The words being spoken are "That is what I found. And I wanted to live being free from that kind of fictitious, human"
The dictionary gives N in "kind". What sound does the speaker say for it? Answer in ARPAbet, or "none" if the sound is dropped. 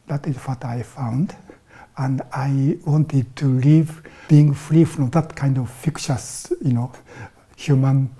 N